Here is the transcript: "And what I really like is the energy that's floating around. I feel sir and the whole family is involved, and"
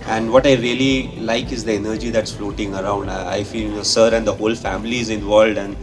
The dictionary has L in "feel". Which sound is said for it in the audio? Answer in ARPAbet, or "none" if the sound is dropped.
N